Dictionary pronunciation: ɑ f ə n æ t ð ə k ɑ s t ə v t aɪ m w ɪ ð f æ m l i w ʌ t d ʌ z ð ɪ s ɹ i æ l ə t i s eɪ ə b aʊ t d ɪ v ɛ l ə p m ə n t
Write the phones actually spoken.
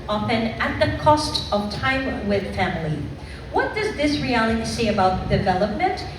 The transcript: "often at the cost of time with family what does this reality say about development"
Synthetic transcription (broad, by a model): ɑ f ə n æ t ð ə k ɑ s t ə v t aɪ m w ɪ ð f æ m l i w ʌ t d ʌ z ð ɪ s ɹ i æ l ə t i s eɪ ə b aʊ t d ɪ v ɛ l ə p m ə n t